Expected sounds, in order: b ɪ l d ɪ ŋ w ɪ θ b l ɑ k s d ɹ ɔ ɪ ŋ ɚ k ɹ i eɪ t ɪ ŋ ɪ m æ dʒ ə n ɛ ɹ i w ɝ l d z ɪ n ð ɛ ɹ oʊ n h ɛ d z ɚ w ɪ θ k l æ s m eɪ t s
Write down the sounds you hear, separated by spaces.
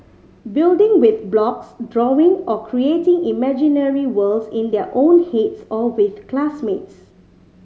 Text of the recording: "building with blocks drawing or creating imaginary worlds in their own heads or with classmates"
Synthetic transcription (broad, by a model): b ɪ l d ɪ ŋ w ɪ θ b l ɑ k s d ɹ ɔ ɪ ŋ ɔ k ɹ i eɪ t ɪ ŋ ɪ m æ dʒ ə n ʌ ɹ i w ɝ l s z ɪ n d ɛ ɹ oʊ n h ɛ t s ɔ w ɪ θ k l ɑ s m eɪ t s